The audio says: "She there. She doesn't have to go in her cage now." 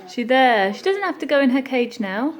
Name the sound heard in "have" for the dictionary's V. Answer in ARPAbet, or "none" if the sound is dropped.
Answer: F